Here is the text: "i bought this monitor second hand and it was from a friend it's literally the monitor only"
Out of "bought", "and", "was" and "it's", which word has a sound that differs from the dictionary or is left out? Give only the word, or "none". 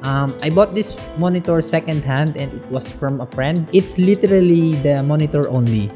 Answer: was